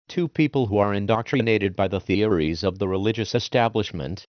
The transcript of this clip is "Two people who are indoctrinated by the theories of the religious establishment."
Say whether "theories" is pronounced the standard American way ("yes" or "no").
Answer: yes